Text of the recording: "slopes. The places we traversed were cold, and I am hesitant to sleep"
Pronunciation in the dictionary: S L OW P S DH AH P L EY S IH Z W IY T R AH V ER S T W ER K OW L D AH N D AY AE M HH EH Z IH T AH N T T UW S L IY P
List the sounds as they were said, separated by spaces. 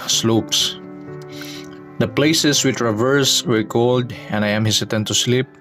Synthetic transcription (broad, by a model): S L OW P S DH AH P L EY S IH S W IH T R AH V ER S W ER K OW L D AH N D AY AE M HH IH S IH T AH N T T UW S L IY P